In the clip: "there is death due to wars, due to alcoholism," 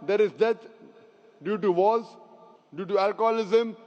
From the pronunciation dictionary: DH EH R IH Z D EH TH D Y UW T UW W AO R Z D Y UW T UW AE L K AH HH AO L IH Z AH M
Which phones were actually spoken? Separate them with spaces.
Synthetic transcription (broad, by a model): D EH R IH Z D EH T D Y UW T UW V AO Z D Y UW T UW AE L K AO L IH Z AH M